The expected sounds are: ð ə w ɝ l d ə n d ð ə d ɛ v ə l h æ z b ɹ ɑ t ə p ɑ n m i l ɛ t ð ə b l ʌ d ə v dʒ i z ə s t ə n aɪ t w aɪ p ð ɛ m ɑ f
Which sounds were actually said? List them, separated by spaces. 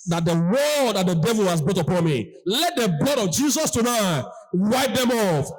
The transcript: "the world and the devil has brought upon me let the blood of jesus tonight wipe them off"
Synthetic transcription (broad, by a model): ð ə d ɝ w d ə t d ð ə d ɛ v ə l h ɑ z b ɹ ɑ t ə p ɑ n m i l ɛ t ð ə b l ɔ d ə v dʒ i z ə s t ə n aɪ t w aɪ p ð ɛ m ɑ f